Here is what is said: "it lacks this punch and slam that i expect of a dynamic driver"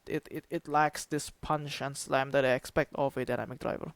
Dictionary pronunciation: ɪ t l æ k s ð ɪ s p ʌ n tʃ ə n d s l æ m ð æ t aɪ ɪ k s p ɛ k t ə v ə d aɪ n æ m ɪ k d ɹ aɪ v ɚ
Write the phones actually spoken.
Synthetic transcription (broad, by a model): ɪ t l æ k s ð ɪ s p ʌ n ʃ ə n s l æ m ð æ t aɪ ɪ k s p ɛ k t ə v ə d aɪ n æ m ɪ k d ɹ aɪ v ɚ